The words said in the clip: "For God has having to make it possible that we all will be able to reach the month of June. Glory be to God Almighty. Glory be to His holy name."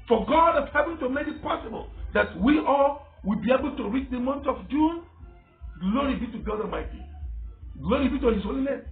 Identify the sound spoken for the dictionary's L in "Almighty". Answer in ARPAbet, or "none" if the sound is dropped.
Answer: none